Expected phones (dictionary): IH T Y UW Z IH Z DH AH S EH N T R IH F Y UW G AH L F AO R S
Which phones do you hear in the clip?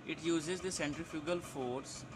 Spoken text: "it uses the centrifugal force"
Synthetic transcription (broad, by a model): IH T Y UW Z IH Z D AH S EH N T R IH F Y UW G AH L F AO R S